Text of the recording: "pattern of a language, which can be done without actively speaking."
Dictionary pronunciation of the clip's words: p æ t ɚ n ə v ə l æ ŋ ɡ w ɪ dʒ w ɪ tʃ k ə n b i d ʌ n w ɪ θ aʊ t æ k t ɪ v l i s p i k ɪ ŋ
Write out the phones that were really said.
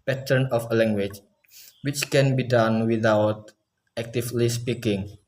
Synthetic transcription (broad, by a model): p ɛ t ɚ n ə f ə l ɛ ŋ ɡ w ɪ tʃ w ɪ tʃ k ə n b i d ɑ n w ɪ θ aʊ t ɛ k t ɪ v l i s p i k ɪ ŋ